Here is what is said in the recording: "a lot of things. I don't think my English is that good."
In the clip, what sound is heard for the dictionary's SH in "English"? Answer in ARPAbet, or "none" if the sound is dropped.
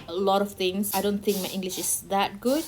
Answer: SH